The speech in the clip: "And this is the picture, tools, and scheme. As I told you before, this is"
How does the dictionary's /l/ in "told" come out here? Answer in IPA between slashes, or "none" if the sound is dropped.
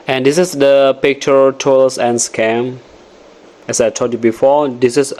none